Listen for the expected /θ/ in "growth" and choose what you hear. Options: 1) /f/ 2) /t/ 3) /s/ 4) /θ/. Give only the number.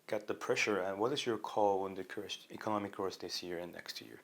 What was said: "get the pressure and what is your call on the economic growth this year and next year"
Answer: 3